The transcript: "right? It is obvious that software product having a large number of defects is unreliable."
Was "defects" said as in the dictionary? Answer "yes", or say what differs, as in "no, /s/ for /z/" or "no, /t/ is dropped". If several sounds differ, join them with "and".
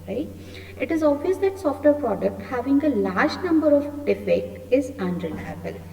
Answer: no, /s/ is dropped